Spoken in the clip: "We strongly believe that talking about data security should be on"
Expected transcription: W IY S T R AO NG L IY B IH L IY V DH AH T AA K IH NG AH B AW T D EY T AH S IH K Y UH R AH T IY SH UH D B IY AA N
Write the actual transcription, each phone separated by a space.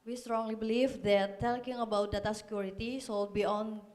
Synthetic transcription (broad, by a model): W IY S T R AO NG L IY B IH L IY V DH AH T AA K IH NG AH B AW T D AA T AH S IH K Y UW R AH T IY S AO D B IY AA N